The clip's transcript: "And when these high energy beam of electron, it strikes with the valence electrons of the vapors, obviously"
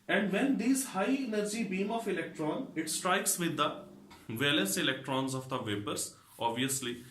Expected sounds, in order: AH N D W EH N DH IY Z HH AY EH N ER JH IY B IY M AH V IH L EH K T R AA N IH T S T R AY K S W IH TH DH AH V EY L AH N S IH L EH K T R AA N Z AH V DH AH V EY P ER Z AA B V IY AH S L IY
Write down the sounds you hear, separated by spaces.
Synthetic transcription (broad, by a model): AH N D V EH N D IY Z HH AY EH N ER JH IY B IY M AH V IH L EH K T R AA N IH T S T R AY K S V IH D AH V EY L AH S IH L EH K T R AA N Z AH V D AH V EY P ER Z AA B V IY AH S L IY